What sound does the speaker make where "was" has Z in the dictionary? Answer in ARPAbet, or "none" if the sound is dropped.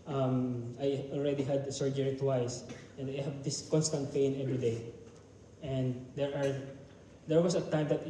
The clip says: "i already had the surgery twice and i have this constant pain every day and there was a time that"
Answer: S